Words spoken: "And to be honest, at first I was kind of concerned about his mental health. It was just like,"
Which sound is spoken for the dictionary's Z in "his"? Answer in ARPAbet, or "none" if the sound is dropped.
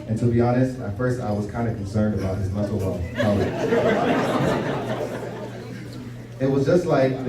Z